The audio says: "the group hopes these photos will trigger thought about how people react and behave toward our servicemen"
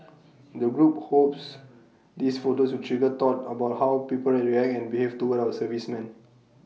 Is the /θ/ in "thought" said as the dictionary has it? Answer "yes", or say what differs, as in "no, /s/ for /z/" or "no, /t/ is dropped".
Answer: no, /t/ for /θ/